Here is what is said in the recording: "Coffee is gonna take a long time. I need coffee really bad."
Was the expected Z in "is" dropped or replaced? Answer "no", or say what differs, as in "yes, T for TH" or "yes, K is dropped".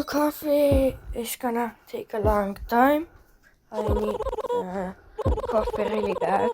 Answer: yes, S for Z